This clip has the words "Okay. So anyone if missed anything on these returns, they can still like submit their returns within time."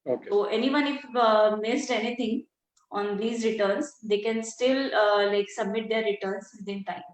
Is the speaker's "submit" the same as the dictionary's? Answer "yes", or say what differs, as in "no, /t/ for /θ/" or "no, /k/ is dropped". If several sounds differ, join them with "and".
yes